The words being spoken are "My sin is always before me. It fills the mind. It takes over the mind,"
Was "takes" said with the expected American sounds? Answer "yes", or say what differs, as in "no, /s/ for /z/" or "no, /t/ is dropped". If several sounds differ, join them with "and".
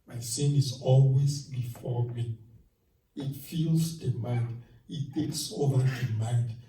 yes